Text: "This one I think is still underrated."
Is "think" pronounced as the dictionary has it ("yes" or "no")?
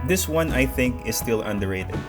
yes